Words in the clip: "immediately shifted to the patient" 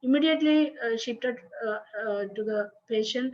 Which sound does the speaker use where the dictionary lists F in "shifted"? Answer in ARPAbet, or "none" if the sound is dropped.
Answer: P